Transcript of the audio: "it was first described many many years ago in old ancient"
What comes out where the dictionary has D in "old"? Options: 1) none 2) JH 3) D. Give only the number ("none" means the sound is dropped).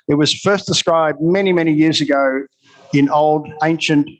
3